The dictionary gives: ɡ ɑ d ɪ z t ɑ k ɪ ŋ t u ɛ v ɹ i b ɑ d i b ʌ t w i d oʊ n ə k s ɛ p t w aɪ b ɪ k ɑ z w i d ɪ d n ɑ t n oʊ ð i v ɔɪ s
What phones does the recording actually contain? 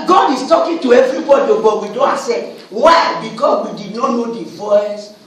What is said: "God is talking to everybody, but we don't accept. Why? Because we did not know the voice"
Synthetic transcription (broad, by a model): ɡ ɑ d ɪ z t ɑ k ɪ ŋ t u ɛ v ɹ i b ɑ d i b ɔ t w i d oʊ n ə s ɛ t w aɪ b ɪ k ɑ s w i d ɪ d n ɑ n oʊ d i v ɔɪ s